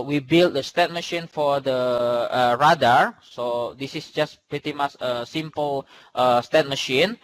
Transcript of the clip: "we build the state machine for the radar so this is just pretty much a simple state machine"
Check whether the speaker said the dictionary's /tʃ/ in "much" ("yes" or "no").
no